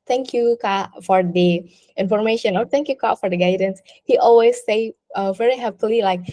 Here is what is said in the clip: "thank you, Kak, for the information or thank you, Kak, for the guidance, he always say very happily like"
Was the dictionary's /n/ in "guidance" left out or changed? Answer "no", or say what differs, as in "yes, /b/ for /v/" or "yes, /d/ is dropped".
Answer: no